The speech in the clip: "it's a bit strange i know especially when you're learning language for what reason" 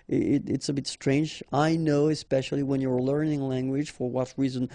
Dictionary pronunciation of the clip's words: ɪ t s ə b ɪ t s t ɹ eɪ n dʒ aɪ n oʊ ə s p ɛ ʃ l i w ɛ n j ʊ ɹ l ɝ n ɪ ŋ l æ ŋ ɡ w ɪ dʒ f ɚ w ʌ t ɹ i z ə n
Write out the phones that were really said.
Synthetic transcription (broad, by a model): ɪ t s ə b ɪ t s t ɹ eɪ n dʒ aɪ n oʊ ə s p ɛ ʃ l i w ɛ n j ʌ ɹ l ɝ n ɪ ŋ l æ ŋ ɡ w ɪ dʒ f ɚ w ʌ t ɹ i z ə n